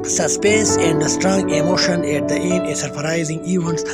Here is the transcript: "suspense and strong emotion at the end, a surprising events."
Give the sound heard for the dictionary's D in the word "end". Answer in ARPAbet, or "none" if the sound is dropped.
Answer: none